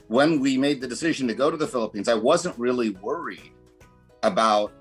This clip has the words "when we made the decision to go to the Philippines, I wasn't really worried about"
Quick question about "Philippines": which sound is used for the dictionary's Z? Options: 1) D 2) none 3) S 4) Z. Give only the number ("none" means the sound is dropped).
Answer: 4